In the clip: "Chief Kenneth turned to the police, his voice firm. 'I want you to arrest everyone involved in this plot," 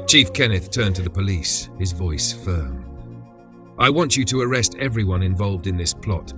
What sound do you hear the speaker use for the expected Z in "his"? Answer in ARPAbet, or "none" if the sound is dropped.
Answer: Z